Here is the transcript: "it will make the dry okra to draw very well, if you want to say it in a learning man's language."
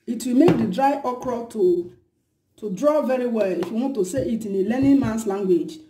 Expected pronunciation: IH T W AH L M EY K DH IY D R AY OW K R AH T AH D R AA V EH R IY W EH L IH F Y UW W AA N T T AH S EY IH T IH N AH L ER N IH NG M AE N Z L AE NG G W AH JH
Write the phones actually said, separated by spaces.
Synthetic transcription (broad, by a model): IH T W AH L M EY K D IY D R AY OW K R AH T AH D R AA V EH R IY W EH L IH F Y UW W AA N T T AH S EY IH T IH N AH L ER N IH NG M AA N S L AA NG G W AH JH